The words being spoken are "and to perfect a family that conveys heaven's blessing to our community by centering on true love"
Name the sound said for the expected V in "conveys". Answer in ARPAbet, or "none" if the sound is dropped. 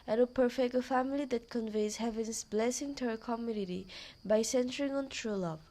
V